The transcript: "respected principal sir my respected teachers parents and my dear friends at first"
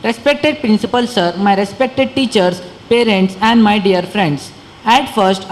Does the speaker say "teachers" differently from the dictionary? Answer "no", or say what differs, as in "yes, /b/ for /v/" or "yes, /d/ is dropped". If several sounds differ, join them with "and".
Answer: yes, /s/ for /z/